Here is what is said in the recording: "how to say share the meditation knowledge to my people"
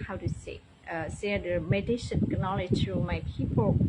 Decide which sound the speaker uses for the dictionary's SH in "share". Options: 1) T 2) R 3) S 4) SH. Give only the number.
3